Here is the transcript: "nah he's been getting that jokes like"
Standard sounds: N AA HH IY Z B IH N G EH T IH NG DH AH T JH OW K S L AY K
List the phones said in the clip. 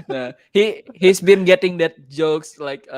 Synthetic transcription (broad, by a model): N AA HH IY S B IH N G EH T IH NG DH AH T JH OW K S L AY K